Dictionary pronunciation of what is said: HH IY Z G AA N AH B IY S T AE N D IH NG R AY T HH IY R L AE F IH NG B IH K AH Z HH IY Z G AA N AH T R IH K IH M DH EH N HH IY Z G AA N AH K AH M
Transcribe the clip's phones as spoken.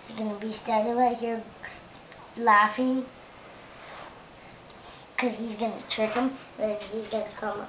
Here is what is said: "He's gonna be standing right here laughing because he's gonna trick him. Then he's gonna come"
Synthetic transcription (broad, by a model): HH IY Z G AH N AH B IY S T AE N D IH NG W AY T HH IY R L AE F IH NG K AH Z HH IY Z G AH N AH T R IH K IH M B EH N HH IY Z G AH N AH K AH M